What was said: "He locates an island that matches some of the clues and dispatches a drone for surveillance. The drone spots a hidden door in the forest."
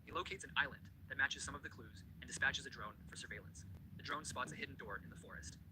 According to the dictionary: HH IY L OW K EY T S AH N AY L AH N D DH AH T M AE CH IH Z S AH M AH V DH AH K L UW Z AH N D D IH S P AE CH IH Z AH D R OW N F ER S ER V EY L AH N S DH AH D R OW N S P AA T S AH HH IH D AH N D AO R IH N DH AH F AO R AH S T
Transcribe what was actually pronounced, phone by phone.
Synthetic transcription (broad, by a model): HH IY L OW K EY T S AH N AY L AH N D DH AH T M AE CH IH Z S AH M AH V DH AH K L UW Z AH N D D IH S P AE CH IH Z AH D R OW N F ER S ER V EY L AH N S DH AH D R OW N S P AA T S AH HH IH D N D AO R IH N DH AH F AO R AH S T